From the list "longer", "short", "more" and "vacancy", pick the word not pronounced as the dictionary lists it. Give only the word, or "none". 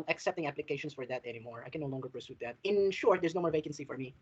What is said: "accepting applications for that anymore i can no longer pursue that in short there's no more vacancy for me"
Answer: none